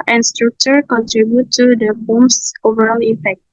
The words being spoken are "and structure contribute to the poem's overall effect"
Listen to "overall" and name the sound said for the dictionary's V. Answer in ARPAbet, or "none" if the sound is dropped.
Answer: V